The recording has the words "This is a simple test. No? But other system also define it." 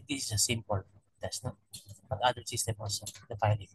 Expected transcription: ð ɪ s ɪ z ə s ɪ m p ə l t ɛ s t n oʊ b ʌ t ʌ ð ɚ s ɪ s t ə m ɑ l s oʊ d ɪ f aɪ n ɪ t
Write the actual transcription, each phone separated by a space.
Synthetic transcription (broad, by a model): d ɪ s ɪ s ə s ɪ m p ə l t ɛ s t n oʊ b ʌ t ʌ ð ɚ s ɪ s t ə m ɑ l s oʊ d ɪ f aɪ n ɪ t